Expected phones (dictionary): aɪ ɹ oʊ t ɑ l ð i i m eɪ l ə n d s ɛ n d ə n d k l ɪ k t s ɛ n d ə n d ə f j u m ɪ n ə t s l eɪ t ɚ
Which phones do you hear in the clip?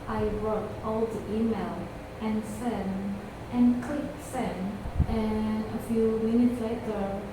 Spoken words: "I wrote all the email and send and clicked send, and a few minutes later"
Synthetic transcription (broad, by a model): aɪ ɹ oʊ t ɑ l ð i i m eɪ l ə n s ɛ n ə n k l ɪ k t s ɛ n ə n ə f j u m ɪ n ə t s l eɪ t ɚ